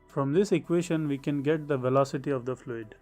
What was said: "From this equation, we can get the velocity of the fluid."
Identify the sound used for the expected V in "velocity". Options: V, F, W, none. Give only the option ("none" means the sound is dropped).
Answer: V